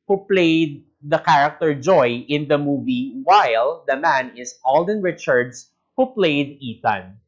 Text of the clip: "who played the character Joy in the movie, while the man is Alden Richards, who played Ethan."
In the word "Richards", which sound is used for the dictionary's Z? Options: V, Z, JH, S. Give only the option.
S